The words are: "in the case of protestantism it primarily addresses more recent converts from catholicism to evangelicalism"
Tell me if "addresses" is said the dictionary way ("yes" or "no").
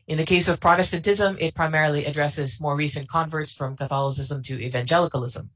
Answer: yes